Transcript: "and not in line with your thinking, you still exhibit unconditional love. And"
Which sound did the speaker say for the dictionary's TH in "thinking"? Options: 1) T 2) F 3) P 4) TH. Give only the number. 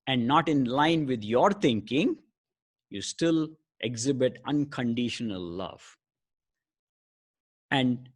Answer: 1